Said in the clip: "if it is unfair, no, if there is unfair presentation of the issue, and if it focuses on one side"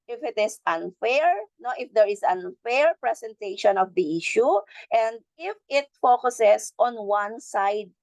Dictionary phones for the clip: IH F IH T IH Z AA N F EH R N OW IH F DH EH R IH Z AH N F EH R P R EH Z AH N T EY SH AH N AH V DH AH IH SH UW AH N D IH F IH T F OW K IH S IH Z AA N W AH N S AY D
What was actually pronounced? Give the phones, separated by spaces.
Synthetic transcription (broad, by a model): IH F IH T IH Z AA N F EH R N OW IH F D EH R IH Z AH N F EH R P R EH S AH N T EY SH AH N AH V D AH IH SH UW AH N D IH F IH T F OW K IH S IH S AA N W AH N S AY D